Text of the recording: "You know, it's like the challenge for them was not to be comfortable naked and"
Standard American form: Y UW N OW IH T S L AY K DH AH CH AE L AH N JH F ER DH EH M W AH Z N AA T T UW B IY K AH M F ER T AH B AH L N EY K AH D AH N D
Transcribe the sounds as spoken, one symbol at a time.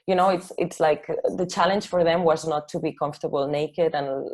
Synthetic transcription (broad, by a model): Y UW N OW IH T S L AY K DH AH CH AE L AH N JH F ER DH EH M W AH Z N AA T T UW B IY K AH M F T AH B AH L N EY K AH D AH N